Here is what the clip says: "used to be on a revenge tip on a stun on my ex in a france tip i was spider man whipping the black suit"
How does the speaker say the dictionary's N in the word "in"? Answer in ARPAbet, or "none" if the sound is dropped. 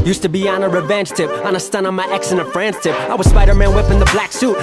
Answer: L